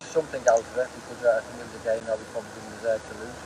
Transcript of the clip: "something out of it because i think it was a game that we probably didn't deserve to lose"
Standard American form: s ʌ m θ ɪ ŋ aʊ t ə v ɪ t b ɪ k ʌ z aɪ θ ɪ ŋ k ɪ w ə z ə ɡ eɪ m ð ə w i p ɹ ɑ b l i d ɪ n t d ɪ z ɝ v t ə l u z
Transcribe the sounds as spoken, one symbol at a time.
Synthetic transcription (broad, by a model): s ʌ m θ ɪ ŋ aʊ t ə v ɪ t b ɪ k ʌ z aɪ θ ɪ ŋ k ɪ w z ə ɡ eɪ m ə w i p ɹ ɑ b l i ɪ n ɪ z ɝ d t ə l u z